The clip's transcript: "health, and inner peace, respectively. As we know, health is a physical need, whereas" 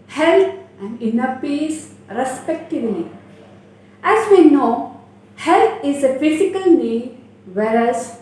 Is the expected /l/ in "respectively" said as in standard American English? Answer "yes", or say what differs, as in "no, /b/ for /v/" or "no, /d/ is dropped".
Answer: no, /n/ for /l/